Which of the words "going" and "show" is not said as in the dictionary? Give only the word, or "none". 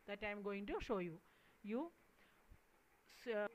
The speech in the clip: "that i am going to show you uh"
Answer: none